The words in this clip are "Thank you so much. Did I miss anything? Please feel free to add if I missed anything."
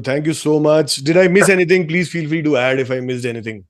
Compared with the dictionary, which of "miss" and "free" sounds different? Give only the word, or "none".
free